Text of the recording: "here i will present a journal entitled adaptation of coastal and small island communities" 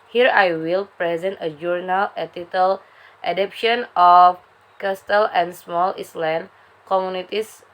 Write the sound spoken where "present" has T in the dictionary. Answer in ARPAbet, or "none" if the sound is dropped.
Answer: T